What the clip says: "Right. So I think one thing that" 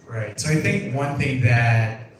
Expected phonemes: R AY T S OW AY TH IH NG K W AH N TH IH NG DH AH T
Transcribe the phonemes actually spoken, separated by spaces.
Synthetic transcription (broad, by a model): R AY T S OW AY TH IH NG K W AH N TH IH NG DH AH T